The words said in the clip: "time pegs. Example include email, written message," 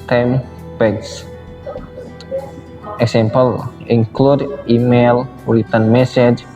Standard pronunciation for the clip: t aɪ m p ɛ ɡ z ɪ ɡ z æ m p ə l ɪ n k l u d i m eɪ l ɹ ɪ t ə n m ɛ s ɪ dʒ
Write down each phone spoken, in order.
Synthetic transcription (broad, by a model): t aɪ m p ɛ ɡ s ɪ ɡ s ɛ m p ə l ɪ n k l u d i m eɪ l w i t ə n m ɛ s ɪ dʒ